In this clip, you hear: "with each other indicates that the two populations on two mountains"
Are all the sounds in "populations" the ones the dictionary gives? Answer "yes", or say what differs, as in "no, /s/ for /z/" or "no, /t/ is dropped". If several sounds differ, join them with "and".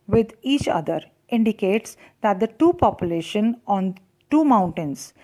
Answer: no, /z/ is dropped